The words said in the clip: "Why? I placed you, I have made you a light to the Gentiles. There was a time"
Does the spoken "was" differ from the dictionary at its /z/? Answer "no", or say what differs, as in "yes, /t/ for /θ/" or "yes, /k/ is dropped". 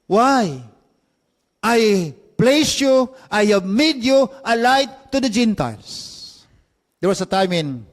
yes, /s/ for /z/